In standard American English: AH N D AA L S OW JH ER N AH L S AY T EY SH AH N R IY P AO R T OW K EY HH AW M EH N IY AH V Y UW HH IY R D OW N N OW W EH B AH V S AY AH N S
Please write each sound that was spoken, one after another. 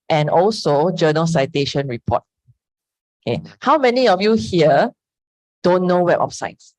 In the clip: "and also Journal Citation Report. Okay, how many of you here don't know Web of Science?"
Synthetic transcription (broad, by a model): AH N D AA L S OW JH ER N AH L S AY T EY SH AH N R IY P AO T OW K EY HH AW M EH N IY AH F Y UW HH IY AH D OW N N OW W EH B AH P S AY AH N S